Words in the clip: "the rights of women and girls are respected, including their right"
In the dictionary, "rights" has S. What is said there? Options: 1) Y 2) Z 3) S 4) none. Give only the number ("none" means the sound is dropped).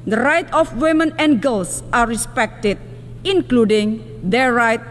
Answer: 4